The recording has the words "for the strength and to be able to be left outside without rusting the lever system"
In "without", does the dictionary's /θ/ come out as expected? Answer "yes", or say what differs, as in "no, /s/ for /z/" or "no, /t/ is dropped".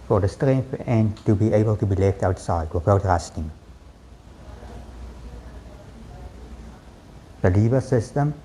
no, /f/ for /θ/